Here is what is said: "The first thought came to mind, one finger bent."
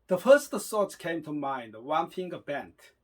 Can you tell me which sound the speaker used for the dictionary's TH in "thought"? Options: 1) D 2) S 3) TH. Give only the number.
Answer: 2